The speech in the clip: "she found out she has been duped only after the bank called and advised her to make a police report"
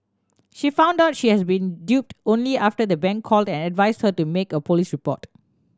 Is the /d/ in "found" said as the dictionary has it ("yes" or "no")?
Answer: yes